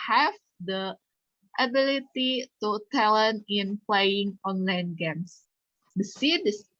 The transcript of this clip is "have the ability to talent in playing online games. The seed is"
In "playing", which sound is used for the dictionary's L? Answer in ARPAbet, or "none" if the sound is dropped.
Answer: L